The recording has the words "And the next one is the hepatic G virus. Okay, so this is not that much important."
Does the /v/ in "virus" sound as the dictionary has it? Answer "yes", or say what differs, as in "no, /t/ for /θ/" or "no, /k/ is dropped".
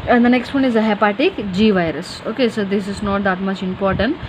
yes